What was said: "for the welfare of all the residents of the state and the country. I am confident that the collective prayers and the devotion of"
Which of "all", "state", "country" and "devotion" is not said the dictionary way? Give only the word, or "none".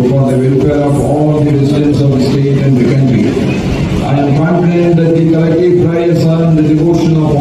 none